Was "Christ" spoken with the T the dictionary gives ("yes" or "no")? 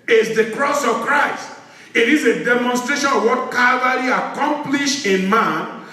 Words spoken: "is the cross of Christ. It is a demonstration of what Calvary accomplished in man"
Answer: yes